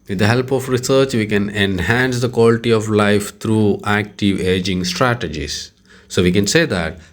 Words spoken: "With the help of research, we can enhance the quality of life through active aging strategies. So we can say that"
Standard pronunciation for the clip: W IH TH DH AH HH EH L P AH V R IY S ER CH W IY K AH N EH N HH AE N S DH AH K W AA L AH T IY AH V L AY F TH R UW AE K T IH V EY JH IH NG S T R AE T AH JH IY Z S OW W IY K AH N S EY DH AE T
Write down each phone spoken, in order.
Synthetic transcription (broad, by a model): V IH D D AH HH EH L P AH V R IY S ER CH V IY K AH N EH N HH AE N S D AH K W AA L AH T IY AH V L AY F T R UW AE K T IH V EY JH IH NG S T R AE T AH JH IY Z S OW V IY K AH N S EY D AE T